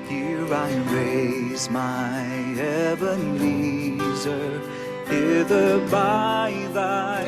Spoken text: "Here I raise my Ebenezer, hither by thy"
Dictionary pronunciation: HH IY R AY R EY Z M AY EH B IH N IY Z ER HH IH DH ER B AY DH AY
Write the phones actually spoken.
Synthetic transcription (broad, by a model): HH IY R AY R EY Z M AY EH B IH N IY Z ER HH IH DH ER B AY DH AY